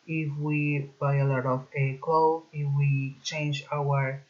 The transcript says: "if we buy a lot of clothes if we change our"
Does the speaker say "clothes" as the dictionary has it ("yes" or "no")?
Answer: no